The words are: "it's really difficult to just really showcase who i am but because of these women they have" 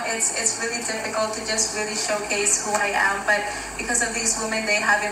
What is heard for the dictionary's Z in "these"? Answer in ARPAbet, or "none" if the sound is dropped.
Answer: Z